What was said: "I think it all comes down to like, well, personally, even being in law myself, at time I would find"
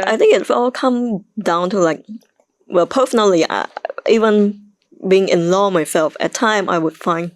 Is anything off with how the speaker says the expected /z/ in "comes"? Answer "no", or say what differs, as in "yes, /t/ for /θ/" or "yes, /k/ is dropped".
yes, /z/ is dropped